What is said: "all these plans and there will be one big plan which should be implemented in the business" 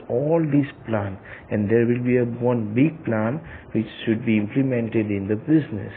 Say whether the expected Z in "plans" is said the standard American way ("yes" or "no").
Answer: no